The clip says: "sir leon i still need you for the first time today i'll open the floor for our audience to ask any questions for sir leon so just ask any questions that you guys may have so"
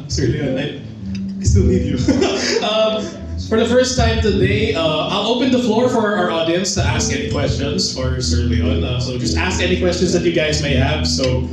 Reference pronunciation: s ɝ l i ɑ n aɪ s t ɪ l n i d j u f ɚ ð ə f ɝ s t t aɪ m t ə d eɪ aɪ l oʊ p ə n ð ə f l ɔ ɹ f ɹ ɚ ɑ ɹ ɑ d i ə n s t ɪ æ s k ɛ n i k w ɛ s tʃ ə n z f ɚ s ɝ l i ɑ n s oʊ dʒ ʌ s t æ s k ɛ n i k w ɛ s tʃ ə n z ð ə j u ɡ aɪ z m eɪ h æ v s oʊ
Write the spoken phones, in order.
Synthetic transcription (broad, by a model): s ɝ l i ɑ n aɪ s t ɪ l i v j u f ɚ ð ə f ɝ s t t aɪ m t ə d eɪ aɪ l oʊ p ə n ð ə f l ɔ ɹ f ɹ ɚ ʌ ɹ ɑ d i ə n s t ɪ æ s k ɛ n i k w ɛ s tʃ ə n z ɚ s ɝ l i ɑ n s oʊ dʒ ʌ s t æ s k ɛ n i k w ɛ s tʃ ə n z ð ə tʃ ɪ ɡ aɪ z m eɪ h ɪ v s oʊ